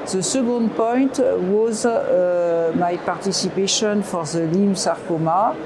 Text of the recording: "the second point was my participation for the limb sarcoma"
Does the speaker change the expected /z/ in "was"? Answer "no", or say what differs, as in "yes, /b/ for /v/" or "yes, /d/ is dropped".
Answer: no